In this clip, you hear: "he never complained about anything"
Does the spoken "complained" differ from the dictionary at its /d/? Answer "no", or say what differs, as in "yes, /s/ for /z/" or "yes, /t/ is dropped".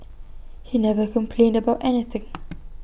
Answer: no